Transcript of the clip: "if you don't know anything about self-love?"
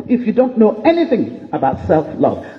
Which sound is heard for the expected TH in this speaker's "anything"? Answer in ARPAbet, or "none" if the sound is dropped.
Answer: TH